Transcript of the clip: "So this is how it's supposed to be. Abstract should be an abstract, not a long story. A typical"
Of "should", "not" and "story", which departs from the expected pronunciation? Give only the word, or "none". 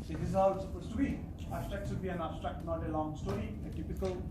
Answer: should